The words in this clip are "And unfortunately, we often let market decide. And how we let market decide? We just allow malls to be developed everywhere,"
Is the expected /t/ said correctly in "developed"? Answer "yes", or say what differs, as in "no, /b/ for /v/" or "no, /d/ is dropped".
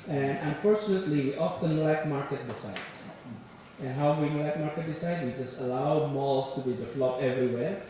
no, /t/ is dropped